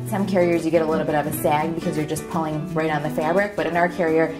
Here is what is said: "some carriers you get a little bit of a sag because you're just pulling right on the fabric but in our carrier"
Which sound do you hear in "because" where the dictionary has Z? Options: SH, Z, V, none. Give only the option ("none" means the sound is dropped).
Z